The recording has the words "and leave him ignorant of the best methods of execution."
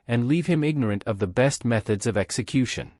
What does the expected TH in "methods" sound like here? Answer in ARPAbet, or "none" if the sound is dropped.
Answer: TH